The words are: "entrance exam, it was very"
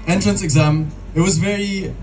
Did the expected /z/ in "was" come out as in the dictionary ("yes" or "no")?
yes